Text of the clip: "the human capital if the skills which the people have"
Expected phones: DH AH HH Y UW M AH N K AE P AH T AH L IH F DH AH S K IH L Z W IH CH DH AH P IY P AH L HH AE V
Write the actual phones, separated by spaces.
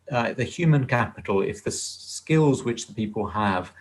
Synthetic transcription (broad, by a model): DH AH HH Y UW M AH N K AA P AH T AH L IH F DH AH S K IH L Z W IH CH DH AH P IY P AH L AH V